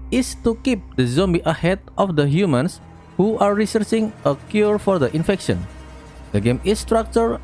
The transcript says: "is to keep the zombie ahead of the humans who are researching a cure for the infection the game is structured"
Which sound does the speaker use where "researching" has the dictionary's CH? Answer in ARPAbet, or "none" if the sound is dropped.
S